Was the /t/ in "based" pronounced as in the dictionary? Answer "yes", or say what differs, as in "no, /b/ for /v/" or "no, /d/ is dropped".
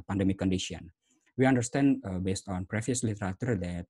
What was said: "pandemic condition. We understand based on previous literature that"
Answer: yes